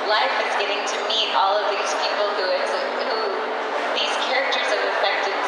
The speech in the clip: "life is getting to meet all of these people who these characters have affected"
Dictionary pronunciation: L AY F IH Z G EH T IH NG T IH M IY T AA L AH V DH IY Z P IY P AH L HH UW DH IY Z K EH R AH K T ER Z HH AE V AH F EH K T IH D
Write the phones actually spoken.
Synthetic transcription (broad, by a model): L AY F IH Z G EH T IH NG T IH M IY T AA L AH V DH IY Z P IY P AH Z HH UW DH IY Z K EH R AH K T ER Z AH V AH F EH K T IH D